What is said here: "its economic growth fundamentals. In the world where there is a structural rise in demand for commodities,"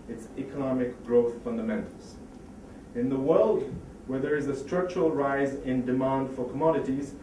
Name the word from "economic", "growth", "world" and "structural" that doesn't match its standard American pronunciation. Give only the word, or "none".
none